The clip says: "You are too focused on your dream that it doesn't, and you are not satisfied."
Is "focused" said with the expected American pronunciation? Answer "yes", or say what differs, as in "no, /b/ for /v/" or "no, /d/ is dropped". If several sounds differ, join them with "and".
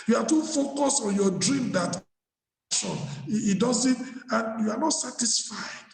no, /t/ is dropped